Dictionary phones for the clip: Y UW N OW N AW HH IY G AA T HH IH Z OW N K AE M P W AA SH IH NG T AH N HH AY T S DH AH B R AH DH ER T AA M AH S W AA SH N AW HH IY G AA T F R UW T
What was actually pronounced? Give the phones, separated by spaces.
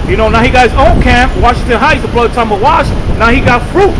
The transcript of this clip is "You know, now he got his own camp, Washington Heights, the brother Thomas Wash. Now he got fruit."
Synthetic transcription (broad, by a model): Y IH N OW N AW HH IY G AA T HH IH Z OW N K AE M P W AA SH IH NG T AH N HH AY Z DH AH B L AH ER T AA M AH W AA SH N AW HH IY G AA T F R UW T